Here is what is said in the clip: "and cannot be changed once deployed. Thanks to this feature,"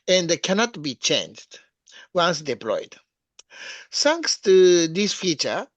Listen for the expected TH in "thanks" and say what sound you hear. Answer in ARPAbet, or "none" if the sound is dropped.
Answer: S